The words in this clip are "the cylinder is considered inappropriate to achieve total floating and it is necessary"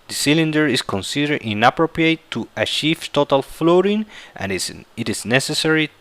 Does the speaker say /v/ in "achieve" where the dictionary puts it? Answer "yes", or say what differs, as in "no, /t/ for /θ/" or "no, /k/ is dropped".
no, /f/ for /v/